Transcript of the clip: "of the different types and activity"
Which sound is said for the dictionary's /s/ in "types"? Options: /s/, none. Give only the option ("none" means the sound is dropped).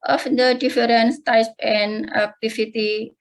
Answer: none